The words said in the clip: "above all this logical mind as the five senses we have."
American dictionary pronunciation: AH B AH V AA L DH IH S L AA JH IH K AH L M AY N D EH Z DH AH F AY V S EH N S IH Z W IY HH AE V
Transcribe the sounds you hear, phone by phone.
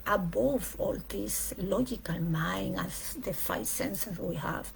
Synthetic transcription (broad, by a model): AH B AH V AA L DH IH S L AA JH IH K AH L M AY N AA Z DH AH F AY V S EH N S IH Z W IY HH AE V